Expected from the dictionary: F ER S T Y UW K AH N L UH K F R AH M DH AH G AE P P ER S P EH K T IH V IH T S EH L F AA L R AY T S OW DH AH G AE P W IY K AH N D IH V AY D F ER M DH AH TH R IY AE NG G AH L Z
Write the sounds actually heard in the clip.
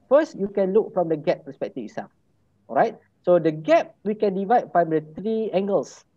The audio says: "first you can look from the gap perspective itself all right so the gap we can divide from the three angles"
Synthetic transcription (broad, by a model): F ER S T Y UW K AH N L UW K F R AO M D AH G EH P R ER S P EH K T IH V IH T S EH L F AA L R AY T S OW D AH G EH P W IY K AH N D IH V AY D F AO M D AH T R IY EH NG G AH L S